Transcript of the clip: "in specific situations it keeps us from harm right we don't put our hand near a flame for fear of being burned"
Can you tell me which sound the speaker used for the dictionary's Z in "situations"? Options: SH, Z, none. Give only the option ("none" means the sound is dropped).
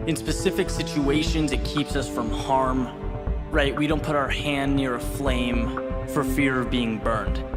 Z